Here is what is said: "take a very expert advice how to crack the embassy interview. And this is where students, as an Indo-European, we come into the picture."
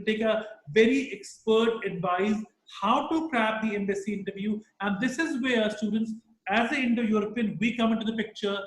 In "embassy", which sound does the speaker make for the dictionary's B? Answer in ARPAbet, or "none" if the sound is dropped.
B